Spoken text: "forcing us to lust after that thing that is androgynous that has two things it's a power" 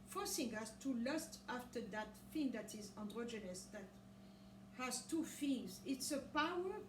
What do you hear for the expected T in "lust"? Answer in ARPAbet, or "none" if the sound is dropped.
T